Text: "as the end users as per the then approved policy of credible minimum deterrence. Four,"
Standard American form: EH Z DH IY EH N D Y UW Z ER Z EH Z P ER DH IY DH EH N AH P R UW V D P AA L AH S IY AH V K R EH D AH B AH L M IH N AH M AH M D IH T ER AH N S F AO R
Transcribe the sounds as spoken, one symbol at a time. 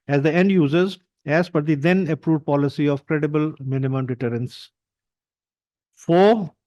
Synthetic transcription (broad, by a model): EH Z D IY EH N D Y UW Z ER Z EH Z F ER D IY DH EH N AH P R UW V D P AA L AH S IY AH V K R EH D AH B AH L M IH N AH M AH M D IH T ER AH N S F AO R